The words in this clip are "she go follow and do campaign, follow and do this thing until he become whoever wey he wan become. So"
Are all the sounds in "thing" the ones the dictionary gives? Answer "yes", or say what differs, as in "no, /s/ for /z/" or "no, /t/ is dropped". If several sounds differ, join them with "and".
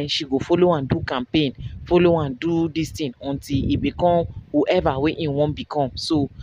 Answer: no, /t/ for /θ/